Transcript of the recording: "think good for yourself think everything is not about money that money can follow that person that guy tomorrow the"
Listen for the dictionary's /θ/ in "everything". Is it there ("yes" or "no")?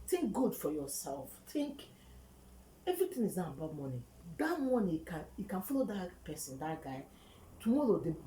no